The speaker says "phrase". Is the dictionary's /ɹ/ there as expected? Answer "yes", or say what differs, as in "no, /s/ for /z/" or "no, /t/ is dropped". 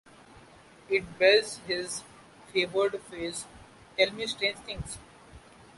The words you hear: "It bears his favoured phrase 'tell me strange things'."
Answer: no, /ɹ/ is dropped